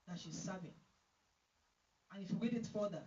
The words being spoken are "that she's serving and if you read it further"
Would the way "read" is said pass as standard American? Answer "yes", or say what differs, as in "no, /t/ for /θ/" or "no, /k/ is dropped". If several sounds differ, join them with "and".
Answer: no, /w/ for /ɹ/